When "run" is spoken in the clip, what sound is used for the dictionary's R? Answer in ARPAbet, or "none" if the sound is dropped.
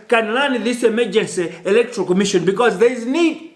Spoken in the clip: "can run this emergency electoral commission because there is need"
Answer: L